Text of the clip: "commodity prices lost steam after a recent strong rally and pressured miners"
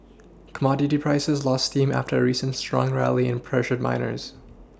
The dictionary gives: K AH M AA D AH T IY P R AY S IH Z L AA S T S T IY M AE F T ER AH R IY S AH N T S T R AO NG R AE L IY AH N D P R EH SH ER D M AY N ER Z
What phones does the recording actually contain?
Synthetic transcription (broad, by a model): K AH M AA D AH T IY P R AY S IH Z L AA S T S T IY M AE F T ER AH R IY S AH N T S T R AO NG R AE L IY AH N P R EH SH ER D M AY N ER Z